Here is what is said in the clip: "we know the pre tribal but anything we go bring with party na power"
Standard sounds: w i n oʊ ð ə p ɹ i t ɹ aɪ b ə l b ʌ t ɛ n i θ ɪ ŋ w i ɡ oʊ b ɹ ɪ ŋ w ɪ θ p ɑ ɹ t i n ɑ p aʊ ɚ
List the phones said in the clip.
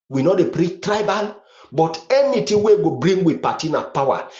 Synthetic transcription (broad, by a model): w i n oʊ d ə p ɹ i t ɹ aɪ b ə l b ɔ t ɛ n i t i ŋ w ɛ ɡ oʊ b ɹ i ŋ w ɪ p ɑ t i n ɑ p aʊ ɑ